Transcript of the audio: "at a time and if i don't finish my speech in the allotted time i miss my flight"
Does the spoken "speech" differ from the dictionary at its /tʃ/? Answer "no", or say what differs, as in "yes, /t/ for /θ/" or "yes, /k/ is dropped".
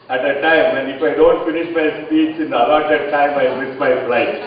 yes, /s/ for /tʃ/